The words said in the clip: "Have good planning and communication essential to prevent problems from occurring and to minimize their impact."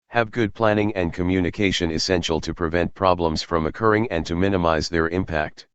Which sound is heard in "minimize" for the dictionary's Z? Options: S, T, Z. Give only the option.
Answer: Z